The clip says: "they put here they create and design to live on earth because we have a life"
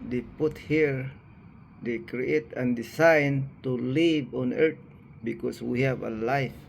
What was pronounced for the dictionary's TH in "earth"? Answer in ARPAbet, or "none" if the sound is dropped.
T